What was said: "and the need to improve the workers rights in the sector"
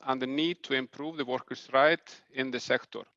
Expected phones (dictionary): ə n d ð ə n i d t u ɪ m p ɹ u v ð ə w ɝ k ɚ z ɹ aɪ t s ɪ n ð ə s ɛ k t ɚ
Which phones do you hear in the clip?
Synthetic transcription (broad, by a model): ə n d ð ə n i d t u ɪ m p ɹ u v ð ə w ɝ k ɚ s ɹ aɪ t ɪ n ð ə s ɛ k t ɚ